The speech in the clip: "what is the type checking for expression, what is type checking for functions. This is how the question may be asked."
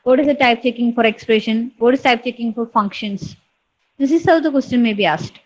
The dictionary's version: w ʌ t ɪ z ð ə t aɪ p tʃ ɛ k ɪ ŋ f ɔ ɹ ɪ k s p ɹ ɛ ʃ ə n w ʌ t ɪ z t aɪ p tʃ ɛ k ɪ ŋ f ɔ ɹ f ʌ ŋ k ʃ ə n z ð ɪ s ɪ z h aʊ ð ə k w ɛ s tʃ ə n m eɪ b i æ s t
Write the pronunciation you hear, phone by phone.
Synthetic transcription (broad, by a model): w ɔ t ɪ z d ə t aɪ p tʃ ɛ k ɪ ŋ f ɔ ɹ ɪ k s p ɹ ɛ ʃ ə n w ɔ t ɪ z t aɪ p tʃ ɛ k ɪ ŋ f ɔ ɹ f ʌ ŋ k ʃ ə n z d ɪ s ɪ z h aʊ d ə k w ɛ s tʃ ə n m eɪ b i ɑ s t